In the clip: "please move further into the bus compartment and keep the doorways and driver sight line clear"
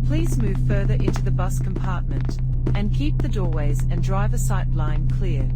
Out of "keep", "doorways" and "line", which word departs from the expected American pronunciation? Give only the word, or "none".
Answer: none